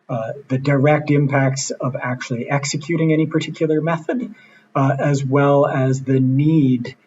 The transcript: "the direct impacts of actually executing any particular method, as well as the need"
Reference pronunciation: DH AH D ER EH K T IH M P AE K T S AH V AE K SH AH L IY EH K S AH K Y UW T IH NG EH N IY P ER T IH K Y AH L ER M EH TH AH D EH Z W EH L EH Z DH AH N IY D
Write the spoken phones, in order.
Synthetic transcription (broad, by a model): DH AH D ER EH K T IH M P AE K T S AH V AE K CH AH L IY EH K S AH K Y UW T IH NG EH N IY P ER T IH K Y L ER M EH TH AH D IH Z W EH L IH Z DH AH N IY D